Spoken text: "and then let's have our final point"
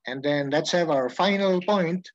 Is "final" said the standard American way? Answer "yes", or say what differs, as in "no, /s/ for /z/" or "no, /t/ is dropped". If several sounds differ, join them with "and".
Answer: yes